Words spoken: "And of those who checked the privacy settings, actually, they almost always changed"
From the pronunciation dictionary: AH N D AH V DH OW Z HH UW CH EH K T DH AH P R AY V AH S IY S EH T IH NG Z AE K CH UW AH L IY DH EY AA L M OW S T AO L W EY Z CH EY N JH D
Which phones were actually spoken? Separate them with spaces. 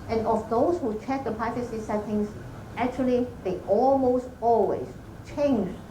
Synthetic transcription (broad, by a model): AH N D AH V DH OW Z HH UW CH EH K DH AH P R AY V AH S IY S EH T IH NG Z AE K CH UW AH L IY DH EY AA L M OW S T AO L W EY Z CH EY N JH